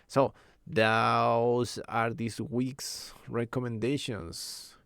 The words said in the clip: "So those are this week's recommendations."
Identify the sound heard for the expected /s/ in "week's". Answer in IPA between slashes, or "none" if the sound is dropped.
/s/